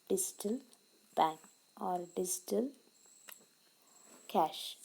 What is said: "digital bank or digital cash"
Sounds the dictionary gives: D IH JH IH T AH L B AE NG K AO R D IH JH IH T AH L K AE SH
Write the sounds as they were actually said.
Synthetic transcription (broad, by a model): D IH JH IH T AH L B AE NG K AO R D IH JH IH T AH L K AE SH